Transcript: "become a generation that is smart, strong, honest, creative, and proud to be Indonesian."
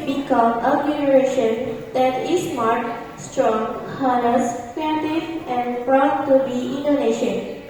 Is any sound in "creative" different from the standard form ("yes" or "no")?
yes